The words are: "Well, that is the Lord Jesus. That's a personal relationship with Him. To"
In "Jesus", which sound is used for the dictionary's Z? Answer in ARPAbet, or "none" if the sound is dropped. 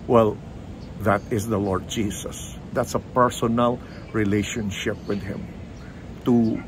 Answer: S